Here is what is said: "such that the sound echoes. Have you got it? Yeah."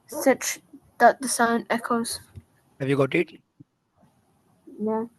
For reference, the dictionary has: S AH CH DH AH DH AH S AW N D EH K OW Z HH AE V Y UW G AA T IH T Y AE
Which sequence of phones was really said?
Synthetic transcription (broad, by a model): S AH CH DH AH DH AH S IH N EH K OW Z HH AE V Y UW G AA T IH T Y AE